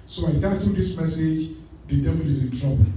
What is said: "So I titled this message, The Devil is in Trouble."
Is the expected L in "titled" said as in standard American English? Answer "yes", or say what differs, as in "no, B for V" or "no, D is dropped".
no, L is dropped